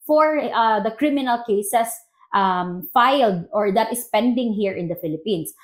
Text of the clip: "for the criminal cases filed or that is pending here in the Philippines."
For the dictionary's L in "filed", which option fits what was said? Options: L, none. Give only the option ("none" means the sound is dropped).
L